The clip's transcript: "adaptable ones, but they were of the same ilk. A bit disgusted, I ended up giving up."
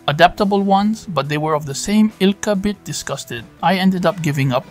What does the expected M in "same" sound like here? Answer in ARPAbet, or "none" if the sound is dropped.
M